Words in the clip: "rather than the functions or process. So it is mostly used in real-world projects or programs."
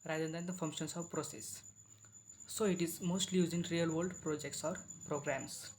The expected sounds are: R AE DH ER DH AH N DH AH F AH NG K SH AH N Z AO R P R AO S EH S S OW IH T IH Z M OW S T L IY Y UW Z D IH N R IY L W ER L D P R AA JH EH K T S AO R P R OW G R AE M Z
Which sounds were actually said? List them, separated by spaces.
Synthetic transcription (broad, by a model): R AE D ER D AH N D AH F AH NG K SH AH N S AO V P R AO S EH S S OW IH T IH Z M OW S T L IY Y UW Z IH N R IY L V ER L D P R AA JH EH K T S AO R P R OW G R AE M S